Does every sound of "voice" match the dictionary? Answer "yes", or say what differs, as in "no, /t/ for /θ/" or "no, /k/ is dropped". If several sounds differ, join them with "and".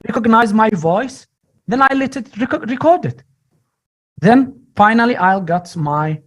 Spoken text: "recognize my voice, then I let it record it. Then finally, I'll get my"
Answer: yes